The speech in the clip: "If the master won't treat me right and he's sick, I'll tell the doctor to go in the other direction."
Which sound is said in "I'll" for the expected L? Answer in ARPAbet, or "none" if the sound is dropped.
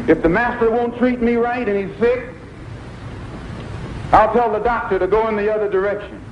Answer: L